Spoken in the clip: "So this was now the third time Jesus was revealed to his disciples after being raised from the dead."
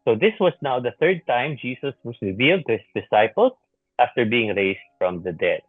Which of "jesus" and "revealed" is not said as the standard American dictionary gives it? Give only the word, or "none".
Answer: jesus